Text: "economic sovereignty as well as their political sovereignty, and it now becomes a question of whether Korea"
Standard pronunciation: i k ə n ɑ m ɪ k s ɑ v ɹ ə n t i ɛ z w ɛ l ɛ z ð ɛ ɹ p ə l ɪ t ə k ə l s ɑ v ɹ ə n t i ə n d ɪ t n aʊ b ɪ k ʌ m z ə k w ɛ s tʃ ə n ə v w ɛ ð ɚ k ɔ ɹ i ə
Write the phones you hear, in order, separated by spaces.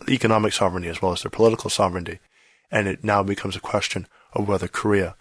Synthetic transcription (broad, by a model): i k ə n ɑ m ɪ k s ɑ v ɹ ə n t i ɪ z w ɛ l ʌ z ð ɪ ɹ p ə l ɪ t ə k l s ɑ v ɹ ə n t i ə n ɪ t n aʊ b ɪ k ʌ m z ə k w ɛ s tʃ ə n ə v w ɛ ð ɚ k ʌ ɹ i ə